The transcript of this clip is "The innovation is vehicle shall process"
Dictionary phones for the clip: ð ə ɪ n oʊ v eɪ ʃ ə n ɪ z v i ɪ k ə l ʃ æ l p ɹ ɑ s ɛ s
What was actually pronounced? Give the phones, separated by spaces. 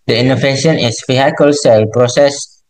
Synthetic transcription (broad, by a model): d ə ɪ n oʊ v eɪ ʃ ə n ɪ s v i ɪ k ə l s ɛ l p ɹ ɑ s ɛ s